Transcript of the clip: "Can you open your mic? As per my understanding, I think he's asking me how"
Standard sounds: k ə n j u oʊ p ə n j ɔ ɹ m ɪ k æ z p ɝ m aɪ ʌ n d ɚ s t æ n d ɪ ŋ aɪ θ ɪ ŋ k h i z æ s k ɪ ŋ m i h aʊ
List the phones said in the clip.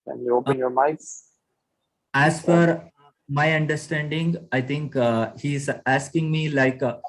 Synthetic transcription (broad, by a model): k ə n j u oʊ p ə n j ɔ ɹ m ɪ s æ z f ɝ m aɪ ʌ n d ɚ s t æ n d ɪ ŋ aɪ t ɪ ŋ k h i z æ s k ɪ ŋ m i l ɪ